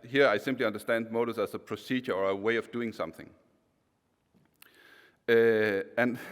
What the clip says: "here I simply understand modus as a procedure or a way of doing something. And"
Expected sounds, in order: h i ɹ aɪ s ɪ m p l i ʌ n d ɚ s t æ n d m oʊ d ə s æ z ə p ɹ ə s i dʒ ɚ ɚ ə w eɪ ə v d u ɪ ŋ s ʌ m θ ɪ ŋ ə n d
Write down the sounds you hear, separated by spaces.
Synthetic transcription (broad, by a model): h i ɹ aɪ s ɪ m p l i ʌ n d ɚ s t æ n d m oʊ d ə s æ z ə p ɹ ə s i dʒ ɚ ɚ ə w eɪ ə v d u ɪ ŋ s ʌ m θ ɪ ŋ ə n